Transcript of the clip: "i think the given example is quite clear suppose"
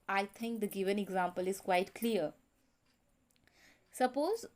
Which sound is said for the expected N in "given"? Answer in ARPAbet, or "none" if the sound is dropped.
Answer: N